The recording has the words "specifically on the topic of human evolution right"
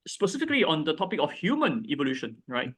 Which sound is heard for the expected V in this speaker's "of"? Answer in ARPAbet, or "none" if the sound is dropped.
F